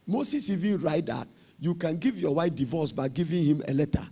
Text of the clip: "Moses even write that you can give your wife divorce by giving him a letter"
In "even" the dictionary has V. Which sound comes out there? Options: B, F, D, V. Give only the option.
V